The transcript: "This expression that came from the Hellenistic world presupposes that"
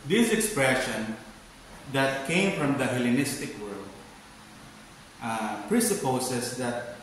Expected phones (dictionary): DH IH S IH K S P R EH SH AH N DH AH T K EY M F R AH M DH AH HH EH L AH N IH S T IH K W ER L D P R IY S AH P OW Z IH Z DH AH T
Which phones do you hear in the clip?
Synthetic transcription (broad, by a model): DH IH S IH K S P R EH SH AH N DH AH T K EY M F R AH M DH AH HH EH L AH N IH S T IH K W ER L D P R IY S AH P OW S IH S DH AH T